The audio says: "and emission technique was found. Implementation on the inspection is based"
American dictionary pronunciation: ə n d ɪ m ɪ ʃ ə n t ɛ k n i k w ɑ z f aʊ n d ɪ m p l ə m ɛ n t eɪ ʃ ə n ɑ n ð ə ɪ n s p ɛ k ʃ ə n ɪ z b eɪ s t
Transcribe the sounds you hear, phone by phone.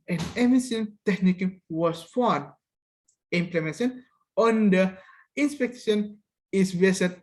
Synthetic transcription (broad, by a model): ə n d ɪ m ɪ s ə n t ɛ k n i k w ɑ s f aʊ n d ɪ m p l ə m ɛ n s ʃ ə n ɑ n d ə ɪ n s p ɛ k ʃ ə n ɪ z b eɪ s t